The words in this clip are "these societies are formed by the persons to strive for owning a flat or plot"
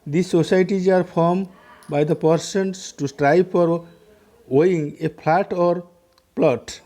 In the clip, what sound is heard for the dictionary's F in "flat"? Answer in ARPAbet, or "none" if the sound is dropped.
P